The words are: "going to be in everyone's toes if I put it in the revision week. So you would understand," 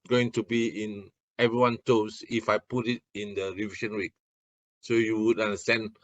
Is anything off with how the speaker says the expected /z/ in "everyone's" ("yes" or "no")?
yes